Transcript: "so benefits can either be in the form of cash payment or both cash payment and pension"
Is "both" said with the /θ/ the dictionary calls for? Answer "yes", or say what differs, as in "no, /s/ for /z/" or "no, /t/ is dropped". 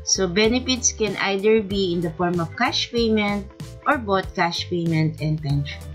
no, /t/ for /θ/